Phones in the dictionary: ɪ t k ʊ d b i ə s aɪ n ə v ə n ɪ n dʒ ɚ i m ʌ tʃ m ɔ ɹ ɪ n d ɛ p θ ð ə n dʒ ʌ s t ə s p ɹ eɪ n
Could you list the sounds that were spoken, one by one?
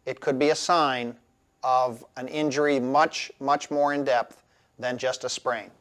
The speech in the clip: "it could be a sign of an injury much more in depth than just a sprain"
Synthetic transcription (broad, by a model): ɪ t k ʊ d b i ə s aɪ n ə v ə n ɪ n dʒ ɚ i m ʌ tʃ m ɔ ɹ ɪ n d ɛ p θ ð ə n dʒ ʌ s t ə s p ɹ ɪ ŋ